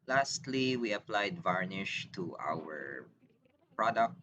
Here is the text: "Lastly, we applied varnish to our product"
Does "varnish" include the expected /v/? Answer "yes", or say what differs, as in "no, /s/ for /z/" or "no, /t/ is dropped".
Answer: yes